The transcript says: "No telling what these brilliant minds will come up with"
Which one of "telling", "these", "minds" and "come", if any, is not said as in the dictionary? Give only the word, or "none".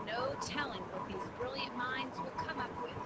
none